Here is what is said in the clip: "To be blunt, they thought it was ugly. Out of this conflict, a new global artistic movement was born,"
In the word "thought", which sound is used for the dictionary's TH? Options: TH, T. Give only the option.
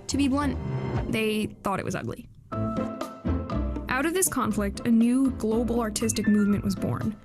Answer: TH